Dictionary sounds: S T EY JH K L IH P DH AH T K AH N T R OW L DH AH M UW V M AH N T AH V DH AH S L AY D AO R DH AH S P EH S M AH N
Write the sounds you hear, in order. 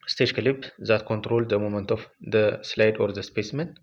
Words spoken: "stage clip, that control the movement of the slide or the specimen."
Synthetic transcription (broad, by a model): S T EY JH K L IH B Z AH T K AH N T R OW L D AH M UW M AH N T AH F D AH S L AY D AO R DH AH S P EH S M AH N